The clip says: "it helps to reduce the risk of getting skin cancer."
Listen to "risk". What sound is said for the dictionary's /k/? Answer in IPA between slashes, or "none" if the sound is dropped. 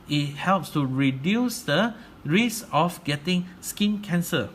none